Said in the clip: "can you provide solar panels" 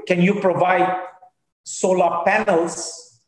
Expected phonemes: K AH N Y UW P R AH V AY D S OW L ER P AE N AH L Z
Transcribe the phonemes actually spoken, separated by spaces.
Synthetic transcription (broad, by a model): K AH N Y UW P R AH V AY D S OW L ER P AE N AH L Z